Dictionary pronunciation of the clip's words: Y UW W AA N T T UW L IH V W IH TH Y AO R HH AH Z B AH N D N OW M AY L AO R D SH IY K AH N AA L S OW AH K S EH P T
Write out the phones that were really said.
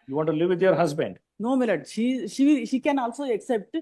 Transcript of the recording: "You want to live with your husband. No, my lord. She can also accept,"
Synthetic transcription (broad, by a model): Y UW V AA N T T UW L IH V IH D Y AO R HH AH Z B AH N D N OW M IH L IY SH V SH IY K AH N AA L S OW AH K S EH P T